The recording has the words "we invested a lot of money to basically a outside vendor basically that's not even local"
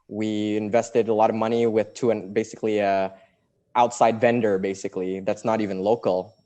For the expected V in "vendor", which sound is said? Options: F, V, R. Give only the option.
V